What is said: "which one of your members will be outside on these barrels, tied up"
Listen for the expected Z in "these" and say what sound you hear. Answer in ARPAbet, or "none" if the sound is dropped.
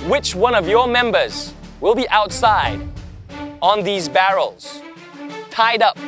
Z